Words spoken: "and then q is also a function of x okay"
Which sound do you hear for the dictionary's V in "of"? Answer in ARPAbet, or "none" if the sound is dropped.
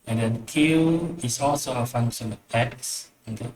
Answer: P